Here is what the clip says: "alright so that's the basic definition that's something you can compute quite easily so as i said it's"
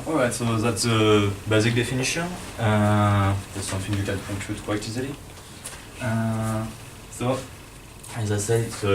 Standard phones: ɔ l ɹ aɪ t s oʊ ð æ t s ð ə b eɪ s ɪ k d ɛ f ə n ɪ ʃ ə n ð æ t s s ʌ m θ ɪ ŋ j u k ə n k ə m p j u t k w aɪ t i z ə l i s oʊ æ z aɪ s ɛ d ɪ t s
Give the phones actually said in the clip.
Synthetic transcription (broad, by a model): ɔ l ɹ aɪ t s oʊ ð æ t s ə b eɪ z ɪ k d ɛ f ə n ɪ ʃ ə n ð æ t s s ʌ m θ ɪ ŋ j u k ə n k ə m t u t k w aɪ t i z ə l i s oʊ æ z aɪ s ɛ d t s